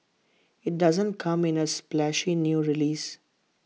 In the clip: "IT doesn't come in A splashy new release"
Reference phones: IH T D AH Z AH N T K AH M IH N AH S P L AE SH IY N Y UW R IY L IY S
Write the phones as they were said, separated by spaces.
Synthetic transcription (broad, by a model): IH T D AH Z AH N T K AH M IH N AH S P L AE SH IY N Y UW R IY L IY S